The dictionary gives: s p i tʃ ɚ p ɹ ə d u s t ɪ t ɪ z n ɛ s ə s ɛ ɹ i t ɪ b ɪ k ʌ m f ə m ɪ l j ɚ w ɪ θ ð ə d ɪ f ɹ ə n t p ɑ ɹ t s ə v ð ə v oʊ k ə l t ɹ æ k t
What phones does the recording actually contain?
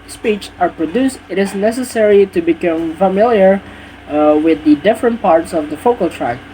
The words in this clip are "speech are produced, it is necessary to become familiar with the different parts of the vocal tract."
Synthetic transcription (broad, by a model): s p i tʃ ɚ p ɹ ə d u s t ɪ t ɪ z n ɛ s ə s ɛ ɹ i t ɪ b ɪ k ʌ m f ə m ɪ l j ɚ w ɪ ð ə d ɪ f ɹ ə n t p ɑ ɹ t s ə v ð ə f oʊ k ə l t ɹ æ k